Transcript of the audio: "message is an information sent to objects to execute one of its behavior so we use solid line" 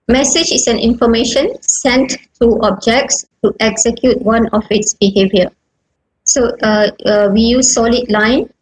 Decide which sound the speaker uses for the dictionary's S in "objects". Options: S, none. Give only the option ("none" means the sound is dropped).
S